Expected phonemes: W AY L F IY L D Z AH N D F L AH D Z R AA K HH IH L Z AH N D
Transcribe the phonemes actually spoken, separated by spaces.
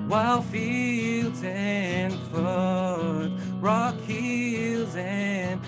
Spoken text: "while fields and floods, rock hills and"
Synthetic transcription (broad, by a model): W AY L F IY L D Z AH N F AH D R AA K HH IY L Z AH N